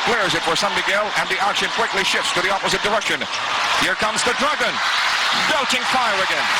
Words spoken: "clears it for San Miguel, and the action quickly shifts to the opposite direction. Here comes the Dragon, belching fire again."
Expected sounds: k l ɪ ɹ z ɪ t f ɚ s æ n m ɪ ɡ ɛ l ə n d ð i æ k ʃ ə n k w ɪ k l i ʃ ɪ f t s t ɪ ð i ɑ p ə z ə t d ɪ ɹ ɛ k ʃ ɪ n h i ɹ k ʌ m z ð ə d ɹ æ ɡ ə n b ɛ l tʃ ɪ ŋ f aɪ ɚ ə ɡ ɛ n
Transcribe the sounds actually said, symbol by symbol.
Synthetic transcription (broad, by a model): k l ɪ ɹ z ɪ t f ɚ s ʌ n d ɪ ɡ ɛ l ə n ð i æ k ʃ ə n k w ɪ k l i ʃ ɪ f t s t ɪ ð i ɑ p ə z ə t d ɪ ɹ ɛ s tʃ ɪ n h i ɹ k ʌ m z ð ə d ɹ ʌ ɡ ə n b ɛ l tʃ ɪ ŋ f aɪ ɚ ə ɡ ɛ n